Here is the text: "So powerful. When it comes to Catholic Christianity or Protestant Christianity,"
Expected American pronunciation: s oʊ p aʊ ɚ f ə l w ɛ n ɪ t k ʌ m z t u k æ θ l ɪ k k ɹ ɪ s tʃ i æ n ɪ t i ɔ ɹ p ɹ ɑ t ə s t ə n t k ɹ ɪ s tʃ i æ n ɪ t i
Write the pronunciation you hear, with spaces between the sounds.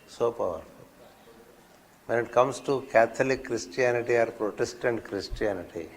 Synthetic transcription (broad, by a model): s oʊ p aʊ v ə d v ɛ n ɪ t k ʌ m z t u k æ t l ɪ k k ɹ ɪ s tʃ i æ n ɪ t i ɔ ɹ p ɹ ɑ t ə s t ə n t k ɹ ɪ s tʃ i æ n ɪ t i